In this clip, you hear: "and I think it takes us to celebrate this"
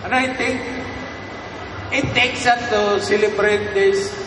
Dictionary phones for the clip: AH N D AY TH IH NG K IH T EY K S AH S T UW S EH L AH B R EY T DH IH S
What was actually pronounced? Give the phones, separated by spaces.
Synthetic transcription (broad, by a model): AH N AY T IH NG K IH T EY K S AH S T UW S EH L AH B R EY T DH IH S